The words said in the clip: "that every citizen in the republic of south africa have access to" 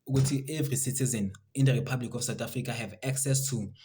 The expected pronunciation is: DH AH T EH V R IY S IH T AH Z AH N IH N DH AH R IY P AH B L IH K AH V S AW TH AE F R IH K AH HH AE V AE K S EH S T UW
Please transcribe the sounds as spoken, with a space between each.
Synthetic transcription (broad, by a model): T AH T EH V R IY S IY T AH Z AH N IH N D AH R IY P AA B L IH K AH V S AW T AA F R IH K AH HH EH V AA K S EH S T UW